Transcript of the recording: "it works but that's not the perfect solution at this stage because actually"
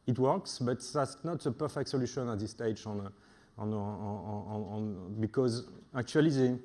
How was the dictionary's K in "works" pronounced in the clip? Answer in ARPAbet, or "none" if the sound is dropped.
K